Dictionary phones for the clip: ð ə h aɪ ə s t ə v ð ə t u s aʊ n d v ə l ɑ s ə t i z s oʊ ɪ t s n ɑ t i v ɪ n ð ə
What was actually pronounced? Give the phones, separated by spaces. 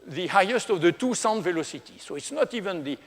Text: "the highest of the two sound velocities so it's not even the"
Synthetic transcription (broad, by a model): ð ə h aɪ ə s t ə v ð ə t u s aʊ n d v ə l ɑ s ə t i s oʊ ɪ t s n ɑ t i v ɪ n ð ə